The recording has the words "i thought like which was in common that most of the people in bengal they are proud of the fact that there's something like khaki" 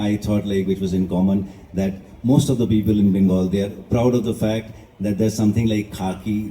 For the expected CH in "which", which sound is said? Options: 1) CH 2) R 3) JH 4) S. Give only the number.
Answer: 1